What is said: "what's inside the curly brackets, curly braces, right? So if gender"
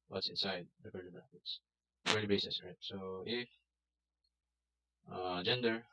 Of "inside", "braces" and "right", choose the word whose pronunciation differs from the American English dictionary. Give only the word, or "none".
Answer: braces